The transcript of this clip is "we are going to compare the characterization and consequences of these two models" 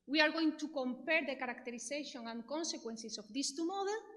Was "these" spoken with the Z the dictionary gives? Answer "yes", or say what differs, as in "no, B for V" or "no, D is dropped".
no, S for Z